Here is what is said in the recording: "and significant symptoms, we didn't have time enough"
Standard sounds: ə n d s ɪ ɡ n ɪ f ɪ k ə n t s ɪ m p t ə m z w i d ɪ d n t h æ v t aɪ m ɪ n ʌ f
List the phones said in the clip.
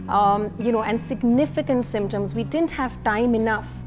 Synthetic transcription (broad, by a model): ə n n s ɪ ɡ n ɪ f ɪ k ə n t s ɪ m p t ə m z w i d ɪ d n t h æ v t aɪ m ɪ n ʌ f